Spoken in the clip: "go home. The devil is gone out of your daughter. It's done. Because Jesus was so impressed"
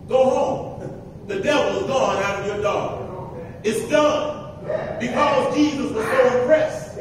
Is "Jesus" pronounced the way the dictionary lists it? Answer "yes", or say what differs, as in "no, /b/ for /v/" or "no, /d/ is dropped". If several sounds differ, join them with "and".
yes